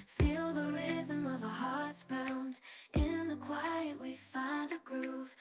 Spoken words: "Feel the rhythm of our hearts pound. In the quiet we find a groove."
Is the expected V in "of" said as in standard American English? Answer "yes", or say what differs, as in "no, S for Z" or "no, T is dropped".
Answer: yes